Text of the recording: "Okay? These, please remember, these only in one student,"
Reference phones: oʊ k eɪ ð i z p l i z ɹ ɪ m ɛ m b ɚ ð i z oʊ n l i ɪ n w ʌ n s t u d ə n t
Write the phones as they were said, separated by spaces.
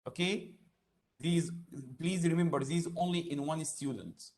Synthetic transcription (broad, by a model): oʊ k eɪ ð i z p l i z ɹ ɪ m ɛ m b ɚ ð i z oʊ n l i ɪ n w ʌ n s t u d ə n t